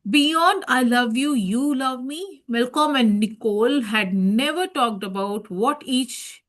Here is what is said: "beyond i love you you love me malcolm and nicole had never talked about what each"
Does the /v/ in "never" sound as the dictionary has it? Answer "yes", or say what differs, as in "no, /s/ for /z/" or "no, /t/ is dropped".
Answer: yes